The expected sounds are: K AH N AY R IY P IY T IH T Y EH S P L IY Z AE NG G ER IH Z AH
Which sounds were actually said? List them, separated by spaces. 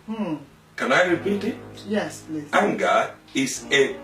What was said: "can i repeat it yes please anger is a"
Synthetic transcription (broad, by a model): K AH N AY R IY P IY T IH T Y EH S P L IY AE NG G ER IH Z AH